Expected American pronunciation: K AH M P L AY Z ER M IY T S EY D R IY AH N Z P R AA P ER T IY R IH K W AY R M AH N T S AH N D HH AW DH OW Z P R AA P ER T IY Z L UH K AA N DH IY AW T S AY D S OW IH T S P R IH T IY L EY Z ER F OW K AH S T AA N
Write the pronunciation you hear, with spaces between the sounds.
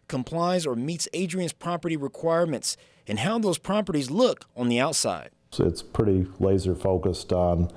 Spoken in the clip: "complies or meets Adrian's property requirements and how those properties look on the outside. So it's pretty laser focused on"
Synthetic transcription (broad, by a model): K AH M P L AY Z ER M IY T S EY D R IY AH N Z P R AA P ER T IY R IH K W AY R M AH N T S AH N HH AW DH OW Z P R AA P ER T IY Z L UH K N DH IY AW T S AY D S IH T S P R IH T IY L EY Z ER F OW K AH S T N